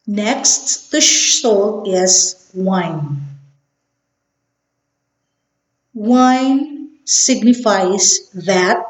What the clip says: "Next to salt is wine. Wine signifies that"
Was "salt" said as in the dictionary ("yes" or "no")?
no